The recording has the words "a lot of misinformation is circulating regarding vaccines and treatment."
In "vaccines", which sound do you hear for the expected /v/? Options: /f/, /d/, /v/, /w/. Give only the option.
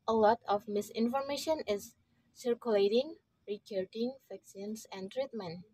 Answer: /f/